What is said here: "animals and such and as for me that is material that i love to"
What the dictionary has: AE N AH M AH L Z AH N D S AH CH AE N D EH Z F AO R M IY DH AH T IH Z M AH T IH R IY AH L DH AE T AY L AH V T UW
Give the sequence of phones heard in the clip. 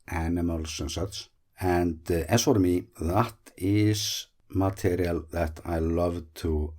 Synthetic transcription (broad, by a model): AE N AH M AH L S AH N S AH S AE N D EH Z F AO R M IY DH AH T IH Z M AH T IH R IY AH L DH AE T AY L AH V T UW